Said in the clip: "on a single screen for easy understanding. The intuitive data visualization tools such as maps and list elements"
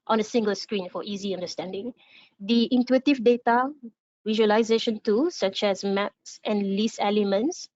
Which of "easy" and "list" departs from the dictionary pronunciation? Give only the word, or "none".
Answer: list